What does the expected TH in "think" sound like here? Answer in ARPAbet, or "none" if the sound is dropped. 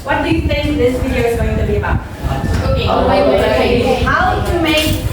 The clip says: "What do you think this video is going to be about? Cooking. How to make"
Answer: TH